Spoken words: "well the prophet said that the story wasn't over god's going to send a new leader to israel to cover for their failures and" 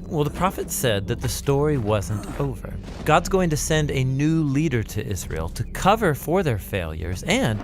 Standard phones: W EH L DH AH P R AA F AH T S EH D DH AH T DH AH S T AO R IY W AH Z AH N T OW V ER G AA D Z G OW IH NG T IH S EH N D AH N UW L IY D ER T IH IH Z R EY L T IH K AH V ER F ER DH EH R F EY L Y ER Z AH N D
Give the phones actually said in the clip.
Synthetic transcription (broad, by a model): W EH L DH AH P R AA F AH T S EH D DH AH T DH AH S T AO R IY W AH Z AH N T OW V ER G AA D Z G OW IH NG T IH S EH N D AH N UW L IY D ER T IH IH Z R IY L T IH K AH V ER F ER DH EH R F EY L Y ER Z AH N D